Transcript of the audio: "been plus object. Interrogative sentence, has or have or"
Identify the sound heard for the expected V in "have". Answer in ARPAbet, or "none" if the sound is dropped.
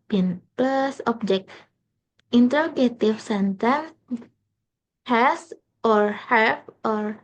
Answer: F